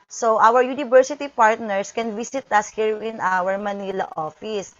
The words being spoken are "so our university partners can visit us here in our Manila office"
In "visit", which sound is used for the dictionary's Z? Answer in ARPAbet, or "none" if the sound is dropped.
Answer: S